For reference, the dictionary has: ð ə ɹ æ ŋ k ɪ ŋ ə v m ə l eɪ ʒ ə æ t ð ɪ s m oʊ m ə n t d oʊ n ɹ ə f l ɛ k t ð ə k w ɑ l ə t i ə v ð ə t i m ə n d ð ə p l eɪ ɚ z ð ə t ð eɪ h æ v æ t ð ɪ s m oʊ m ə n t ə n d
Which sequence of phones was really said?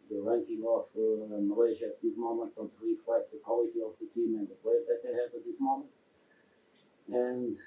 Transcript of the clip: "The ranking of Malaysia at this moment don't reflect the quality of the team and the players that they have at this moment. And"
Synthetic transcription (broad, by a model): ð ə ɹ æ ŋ k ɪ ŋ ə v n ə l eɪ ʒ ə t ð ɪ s m oʊ m ə n t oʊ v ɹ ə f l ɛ t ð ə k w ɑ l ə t i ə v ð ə t i m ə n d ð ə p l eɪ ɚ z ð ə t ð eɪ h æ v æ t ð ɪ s m oʊ m ə n t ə n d